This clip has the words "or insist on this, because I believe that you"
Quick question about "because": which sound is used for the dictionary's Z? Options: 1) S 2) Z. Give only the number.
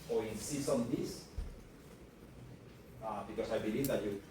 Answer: 1